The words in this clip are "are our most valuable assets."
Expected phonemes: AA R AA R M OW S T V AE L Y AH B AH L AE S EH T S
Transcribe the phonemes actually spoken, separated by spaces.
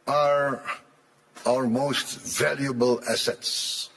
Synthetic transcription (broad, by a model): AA R AA R M OW S T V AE L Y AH B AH L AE S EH T S